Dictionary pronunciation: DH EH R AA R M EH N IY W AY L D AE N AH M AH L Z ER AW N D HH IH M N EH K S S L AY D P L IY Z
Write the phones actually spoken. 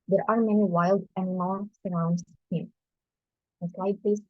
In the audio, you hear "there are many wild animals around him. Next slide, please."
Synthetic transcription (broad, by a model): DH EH R AA R M EH N IY W AY L D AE N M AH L S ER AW N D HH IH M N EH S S L AY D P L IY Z